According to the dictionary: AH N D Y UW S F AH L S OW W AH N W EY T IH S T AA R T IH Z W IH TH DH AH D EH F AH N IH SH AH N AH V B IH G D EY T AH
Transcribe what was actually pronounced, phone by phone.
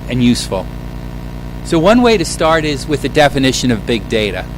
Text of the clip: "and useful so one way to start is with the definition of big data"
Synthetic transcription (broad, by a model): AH N Y UW S F L S OW W AH N W EY T IH S T AA R T IH Z W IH DH AH D EH F AH N IH SH AH N AH V B IH G D EY T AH